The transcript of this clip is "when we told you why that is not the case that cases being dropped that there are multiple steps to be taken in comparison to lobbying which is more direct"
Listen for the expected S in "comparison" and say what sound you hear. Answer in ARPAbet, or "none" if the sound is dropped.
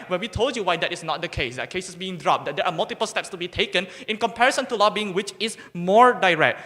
S